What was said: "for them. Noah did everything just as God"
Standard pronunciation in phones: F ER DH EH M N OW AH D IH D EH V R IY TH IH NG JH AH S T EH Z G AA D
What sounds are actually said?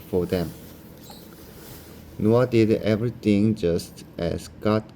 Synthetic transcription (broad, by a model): F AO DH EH M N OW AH D IH D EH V R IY T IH NG JH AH S T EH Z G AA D